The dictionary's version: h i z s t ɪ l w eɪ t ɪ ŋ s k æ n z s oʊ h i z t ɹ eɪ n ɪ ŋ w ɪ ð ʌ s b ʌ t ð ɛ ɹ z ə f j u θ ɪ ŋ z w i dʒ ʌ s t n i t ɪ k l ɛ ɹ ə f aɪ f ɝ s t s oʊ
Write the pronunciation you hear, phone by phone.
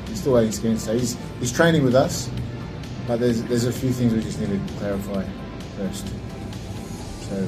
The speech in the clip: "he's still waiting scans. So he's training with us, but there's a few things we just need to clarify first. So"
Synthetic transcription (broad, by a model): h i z s t ɪ l w eɪ t ɪ ŋ s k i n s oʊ h i z t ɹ eɪ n ɪ ŋ w ɪ ð ʌ s b ʌ t ð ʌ ɹ z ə f j u θ ɪ ŋ z w i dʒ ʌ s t n i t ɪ k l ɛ ɹ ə f aɪ f ɝ s t s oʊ